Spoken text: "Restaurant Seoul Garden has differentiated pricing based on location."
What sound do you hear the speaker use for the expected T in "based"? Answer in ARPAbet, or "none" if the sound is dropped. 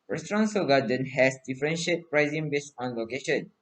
none